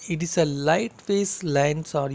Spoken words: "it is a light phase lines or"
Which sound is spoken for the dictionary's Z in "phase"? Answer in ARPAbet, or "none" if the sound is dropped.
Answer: S